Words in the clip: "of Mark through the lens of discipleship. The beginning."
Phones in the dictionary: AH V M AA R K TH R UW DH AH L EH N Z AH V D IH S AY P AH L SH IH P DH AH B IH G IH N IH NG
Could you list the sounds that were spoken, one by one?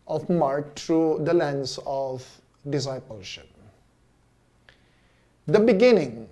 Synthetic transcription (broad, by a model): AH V M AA R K T R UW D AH L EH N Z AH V D IH S AY P AH L SH IH P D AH B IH G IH N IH NG